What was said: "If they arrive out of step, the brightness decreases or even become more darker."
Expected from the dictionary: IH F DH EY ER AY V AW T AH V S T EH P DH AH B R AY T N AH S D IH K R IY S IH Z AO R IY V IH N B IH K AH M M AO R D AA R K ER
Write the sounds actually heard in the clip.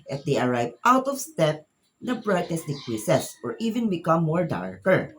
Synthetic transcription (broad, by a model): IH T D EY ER AY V AW T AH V S T EH P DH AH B R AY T AH S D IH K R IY S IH S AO R IY V IH N B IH K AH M M AO R D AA R K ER